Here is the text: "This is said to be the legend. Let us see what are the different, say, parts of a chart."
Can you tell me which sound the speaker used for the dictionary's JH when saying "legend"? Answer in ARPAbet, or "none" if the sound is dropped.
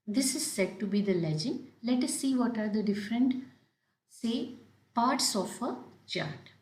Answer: JH